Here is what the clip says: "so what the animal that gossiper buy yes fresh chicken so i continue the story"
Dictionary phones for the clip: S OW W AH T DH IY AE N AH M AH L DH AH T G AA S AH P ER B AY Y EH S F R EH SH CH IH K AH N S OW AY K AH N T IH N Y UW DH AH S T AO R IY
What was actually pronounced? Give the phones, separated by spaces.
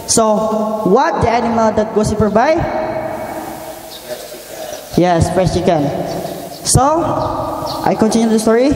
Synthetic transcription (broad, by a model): S OW W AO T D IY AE N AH M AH L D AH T G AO S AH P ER B AY Y EH S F R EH S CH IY K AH N S OW AY K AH N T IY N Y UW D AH S T AO R IY